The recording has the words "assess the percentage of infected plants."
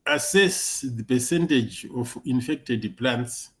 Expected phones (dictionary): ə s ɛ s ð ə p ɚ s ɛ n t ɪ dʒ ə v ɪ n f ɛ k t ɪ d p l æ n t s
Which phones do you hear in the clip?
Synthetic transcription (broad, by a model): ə s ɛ s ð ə p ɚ s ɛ n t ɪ dʒ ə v ɪ n f ɛ k t ɪ d p l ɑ n t s